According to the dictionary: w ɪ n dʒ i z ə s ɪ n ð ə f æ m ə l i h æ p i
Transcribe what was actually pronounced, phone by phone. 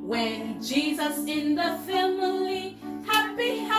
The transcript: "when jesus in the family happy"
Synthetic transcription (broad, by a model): w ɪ n dʒ i z ə s ɪ n ð ə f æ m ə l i h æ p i